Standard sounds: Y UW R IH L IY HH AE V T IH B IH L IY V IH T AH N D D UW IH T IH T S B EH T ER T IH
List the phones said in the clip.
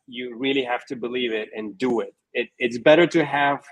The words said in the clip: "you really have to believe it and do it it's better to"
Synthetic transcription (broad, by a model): Y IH R IH L IY HH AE F T IH B IH L IY V IH T AH N D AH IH IH T IH T S B EH T ER T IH